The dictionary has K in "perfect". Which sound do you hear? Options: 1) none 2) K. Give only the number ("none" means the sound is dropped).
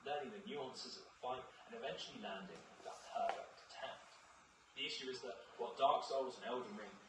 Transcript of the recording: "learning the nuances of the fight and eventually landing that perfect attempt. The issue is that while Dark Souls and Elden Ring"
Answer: 1